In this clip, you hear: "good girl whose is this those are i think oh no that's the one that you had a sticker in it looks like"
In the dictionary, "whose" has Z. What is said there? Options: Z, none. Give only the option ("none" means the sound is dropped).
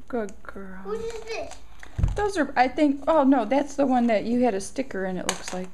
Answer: none